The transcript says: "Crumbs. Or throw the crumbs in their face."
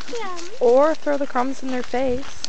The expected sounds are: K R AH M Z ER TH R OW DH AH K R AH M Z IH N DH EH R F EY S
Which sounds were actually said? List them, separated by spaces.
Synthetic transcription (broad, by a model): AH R TH R OW DH AH K R AH M Z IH N DH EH R F EY S